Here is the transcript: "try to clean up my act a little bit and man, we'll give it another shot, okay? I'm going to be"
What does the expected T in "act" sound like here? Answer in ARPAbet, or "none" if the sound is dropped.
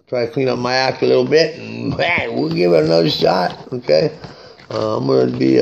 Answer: none